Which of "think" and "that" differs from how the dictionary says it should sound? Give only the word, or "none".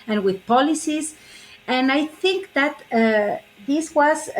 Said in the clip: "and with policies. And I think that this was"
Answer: none